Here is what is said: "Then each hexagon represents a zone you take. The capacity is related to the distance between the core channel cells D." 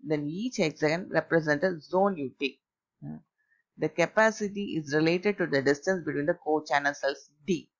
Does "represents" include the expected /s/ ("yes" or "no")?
no